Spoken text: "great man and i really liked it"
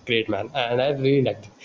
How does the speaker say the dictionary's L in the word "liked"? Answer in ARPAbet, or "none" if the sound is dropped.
N